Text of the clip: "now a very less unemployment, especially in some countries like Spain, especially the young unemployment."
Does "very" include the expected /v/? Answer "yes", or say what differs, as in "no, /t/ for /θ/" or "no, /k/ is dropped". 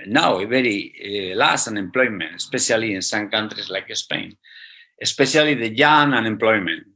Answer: no, /b/ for /v/